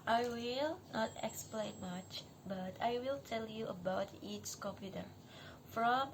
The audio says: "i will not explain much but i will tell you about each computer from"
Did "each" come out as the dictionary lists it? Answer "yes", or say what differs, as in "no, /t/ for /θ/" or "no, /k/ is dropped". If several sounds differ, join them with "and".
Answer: no, /s/ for /tʃ/